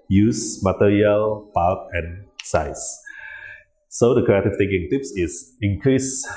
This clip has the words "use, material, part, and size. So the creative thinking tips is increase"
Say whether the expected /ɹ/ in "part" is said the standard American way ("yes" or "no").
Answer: no